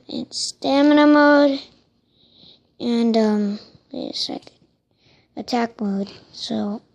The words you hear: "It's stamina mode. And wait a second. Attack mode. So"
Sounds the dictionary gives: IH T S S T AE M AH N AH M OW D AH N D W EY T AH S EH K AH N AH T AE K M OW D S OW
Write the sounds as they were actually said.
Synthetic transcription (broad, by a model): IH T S S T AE M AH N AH M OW D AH N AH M AH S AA AH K AH T AE K M OW D S OW